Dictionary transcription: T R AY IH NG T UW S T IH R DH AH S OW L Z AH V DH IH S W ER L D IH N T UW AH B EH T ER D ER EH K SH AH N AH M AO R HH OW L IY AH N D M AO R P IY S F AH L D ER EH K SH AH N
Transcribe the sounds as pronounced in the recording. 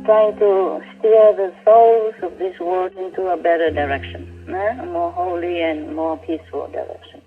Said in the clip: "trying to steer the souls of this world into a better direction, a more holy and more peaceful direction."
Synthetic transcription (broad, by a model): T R AY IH NG T UW S T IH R DH AH S OW L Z AH V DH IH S W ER D IH N T UW AH B EH T ER D ER EH K SH AH N AH M AO R HH OW L IY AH N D M AO R P IY S F AH L D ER EH K SH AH N